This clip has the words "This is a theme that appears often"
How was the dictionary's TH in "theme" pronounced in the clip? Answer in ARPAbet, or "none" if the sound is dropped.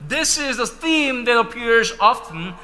TH